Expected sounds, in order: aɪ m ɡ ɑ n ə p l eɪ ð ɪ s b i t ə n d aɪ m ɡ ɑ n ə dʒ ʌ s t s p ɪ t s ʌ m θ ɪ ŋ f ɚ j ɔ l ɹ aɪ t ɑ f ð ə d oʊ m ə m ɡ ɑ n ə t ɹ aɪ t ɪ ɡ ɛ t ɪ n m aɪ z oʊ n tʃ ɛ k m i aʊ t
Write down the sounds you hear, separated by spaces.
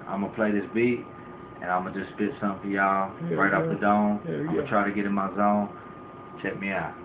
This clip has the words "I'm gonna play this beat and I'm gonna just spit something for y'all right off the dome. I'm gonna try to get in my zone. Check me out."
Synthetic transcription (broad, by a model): aɪ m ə p l eɪ ð ɪ s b i t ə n aɪ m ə dʒ ʌ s s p ɪ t s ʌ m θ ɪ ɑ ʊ ɹ aɪ t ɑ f ð ə d oʊ ə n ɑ ə t ɹ aɪ t ɪ ɡ ɛ t ɪ n m aɪ z oʊ n tʃ ɛ k m i aʊ t